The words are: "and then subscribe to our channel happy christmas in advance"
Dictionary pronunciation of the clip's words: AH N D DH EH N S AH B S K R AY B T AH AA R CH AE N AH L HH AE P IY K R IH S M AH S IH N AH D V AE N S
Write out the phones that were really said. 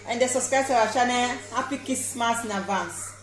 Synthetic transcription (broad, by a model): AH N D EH S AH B S K R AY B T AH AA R SH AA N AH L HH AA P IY K IH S M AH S IH N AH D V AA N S